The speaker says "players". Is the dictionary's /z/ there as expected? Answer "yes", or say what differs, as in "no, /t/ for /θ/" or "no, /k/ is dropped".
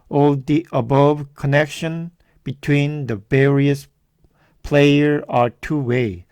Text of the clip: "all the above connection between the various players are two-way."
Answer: no, /z/ is dropped